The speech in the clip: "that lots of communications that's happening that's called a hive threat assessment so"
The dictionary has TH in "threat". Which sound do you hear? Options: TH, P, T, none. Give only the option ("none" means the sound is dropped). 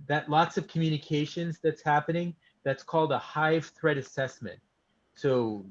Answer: TH